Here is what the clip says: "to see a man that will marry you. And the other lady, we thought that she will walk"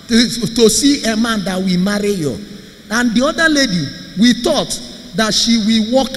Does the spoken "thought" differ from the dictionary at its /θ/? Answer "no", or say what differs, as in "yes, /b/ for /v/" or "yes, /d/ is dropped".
yes, /t/ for /θ/